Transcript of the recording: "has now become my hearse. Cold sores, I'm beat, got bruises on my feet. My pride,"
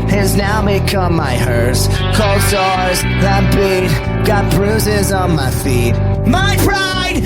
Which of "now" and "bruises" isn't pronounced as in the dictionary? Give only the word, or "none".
none